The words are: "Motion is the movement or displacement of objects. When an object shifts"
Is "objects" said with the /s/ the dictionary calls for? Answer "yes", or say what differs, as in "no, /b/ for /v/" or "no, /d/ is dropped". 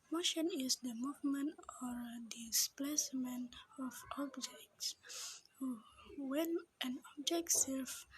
yes